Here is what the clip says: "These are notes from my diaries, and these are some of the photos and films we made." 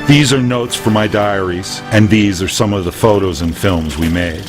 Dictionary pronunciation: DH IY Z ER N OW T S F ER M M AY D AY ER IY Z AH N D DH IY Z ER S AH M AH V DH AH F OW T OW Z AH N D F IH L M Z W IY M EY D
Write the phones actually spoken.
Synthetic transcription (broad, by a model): DH IY Z ER N OW T S F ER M M AY D AY ER IY Z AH N DH IY Z ER S AH M AH V DH AH F OW T OW Z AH N F IH L M Z W IY M EY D